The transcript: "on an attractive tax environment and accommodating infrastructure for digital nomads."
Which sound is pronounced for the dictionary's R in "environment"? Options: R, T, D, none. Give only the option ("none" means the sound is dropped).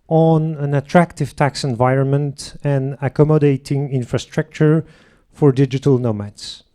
R